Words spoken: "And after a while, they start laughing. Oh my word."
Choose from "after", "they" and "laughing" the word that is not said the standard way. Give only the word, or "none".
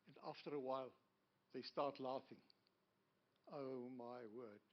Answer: none